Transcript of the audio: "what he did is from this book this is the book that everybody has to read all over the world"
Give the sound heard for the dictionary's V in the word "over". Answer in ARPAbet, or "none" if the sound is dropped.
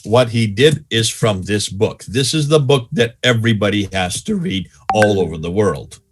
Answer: V